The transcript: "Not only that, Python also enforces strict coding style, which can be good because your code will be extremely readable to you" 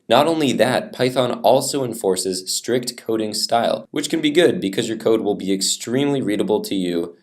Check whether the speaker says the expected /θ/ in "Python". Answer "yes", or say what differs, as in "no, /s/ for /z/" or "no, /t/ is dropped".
yes